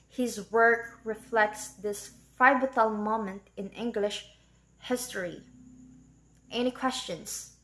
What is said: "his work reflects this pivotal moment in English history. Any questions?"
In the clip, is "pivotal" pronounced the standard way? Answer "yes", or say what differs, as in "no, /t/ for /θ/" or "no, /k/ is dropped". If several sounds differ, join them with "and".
no, /f/ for /p/